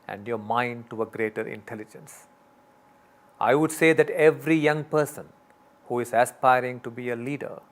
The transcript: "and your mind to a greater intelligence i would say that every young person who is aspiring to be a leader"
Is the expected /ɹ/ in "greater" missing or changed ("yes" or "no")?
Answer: no